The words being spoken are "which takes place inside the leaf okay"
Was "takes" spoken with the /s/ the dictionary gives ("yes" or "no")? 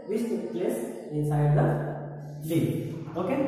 no